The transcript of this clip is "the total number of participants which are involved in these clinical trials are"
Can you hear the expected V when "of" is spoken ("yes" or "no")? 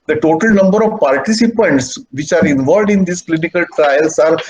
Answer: yes